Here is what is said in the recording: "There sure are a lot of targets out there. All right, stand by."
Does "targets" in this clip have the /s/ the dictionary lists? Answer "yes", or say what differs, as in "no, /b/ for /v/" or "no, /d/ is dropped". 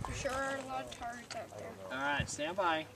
no, /s/ is dropped